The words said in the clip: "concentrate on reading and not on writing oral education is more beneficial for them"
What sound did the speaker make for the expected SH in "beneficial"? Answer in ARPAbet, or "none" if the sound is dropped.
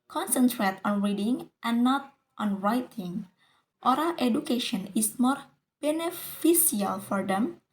S